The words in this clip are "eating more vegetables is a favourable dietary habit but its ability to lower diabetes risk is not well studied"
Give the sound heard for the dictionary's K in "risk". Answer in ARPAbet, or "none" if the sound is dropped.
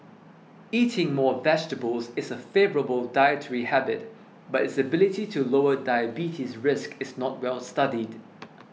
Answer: K